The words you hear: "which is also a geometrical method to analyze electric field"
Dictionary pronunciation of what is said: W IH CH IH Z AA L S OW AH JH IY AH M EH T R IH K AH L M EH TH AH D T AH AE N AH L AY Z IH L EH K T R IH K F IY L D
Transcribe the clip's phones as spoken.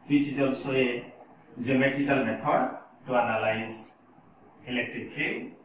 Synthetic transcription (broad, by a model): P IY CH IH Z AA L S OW AH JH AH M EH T IH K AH L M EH T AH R T AH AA N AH L AY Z IH L EH K T R IH K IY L